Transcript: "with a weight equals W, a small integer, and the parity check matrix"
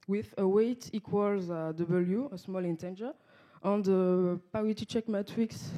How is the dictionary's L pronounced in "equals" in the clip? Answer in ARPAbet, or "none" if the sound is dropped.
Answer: L